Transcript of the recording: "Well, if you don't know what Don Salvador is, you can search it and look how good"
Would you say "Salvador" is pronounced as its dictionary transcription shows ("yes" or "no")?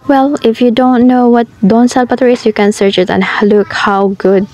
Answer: no